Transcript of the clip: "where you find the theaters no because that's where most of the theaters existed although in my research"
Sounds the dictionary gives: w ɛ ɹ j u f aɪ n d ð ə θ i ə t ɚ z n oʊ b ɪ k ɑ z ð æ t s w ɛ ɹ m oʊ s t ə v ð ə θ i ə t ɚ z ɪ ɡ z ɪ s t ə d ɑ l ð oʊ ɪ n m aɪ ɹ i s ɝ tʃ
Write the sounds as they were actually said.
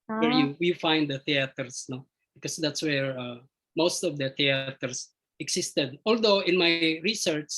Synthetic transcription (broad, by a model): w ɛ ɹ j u f aɪ n d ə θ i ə t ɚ s n oʊ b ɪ k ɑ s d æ t s w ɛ ɹ m oʊ s t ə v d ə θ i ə t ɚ s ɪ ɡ s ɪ s t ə d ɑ l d oʊ ɪ n m aɪ ɹ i s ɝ tʃ